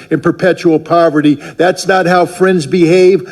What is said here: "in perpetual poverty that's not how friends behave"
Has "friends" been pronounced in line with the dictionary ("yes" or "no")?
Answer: yes